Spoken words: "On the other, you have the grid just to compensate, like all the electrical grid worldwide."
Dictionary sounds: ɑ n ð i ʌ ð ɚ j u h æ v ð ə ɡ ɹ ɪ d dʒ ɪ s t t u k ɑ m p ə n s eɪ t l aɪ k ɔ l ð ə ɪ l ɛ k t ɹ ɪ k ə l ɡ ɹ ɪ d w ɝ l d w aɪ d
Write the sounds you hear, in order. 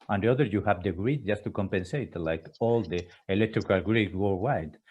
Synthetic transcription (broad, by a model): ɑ n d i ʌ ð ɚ j u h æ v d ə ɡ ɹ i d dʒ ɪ s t t u k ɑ m p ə n s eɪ t l aɪ k ɔ l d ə ɪ l ɛ k t ɹ ɪ k ə l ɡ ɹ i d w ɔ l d w aɪ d